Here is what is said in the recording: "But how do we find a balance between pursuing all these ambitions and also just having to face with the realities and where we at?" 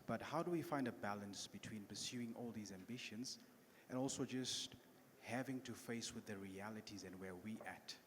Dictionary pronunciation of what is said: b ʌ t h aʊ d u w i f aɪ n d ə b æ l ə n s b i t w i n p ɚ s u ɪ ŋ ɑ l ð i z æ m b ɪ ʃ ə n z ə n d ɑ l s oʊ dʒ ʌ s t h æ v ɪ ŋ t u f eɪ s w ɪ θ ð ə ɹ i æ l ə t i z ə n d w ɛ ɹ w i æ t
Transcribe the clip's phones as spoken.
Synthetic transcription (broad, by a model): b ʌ t h aʊ d u w i f aɪ n d ə b æ l ə n s b i t w i n p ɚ s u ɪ ŋ ɑ l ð i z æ m b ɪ ʃ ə n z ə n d ɑ l s oʊ dʒ ʌ s t h æ v ɪ ŋ t u f eɪ s w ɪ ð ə ɹ i æ l ə t i z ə n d w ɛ w i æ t